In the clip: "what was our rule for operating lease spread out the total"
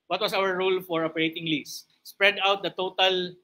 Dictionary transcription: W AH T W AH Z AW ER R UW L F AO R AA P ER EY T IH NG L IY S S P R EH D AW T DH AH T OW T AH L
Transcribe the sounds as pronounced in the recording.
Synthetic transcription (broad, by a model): W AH T W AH S AW ER R UW L F AO R AA P ER EY T IH NG L IY S S P R EH D AW T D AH T OW T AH L